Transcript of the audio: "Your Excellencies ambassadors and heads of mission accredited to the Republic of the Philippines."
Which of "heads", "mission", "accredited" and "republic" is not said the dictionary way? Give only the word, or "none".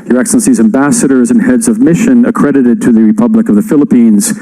none